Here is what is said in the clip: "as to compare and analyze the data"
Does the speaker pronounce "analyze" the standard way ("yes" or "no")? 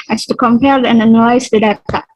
no